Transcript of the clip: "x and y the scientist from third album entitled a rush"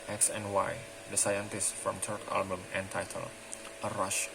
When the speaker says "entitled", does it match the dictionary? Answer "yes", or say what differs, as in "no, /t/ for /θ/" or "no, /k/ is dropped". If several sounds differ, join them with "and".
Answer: no, /d/ is dropped